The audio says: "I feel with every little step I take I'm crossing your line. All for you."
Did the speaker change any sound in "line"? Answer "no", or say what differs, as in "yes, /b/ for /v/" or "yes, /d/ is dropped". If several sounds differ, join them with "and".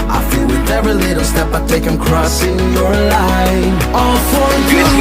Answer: yes, /n/ is dropped